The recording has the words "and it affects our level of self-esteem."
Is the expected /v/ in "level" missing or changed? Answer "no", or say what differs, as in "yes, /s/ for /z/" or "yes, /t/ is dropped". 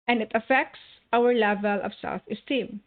no